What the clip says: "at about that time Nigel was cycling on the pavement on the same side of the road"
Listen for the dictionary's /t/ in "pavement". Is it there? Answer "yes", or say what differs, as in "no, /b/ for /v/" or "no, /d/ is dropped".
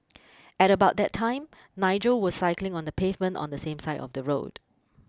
yes